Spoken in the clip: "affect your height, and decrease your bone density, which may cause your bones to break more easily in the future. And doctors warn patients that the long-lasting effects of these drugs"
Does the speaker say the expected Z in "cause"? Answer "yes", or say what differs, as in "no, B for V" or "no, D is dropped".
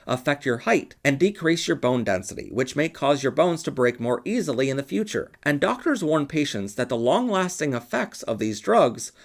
yes